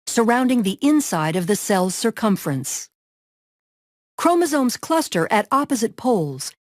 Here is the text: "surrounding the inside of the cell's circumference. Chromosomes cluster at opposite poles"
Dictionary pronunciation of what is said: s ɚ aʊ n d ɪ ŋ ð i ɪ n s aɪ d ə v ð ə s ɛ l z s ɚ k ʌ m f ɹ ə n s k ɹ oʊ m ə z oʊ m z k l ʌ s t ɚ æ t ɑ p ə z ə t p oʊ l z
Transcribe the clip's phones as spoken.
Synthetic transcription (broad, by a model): s ɚ aʊ n d ɪ ŋ ð i ɪ n s aɪ d ə v ð ə s ɛ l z s ɚ k ʌ m f ɹ ə n s k ɹ oʊ m ə z oʊ m z k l ʌ s t ɚ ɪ t ɑ p ə z ə t p oʊ l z